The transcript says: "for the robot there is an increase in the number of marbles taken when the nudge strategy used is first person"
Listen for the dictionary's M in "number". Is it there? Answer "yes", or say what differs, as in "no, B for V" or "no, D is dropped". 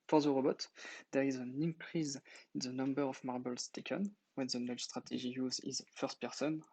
yes